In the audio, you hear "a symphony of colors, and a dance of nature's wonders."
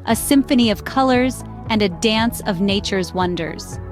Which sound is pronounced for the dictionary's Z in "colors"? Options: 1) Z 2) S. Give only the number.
1